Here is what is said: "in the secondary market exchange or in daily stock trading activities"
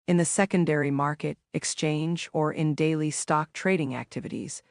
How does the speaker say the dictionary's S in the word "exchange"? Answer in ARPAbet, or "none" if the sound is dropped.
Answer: S